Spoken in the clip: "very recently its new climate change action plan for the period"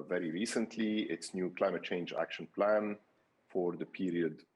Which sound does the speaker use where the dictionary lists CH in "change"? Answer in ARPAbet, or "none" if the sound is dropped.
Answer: CH